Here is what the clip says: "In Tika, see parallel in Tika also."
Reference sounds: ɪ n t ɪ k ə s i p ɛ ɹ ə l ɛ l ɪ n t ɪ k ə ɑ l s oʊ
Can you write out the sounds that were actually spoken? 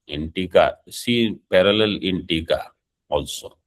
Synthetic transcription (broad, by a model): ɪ n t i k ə s i p ɛ ɹ ə l ɛ l ɪ n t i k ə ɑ l s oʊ